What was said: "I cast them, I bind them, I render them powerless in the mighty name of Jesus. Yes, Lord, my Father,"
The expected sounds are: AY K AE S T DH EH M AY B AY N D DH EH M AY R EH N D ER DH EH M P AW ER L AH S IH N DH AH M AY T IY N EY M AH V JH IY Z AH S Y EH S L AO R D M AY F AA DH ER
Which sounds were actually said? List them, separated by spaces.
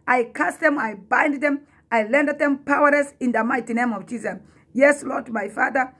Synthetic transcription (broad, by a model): AY K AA S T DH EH M AY B AY N D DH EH M AY L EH N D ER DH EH M P AW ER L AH S IH N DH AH M AY T IY N EY M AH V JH IY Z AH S Y EH S L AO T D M AY F AA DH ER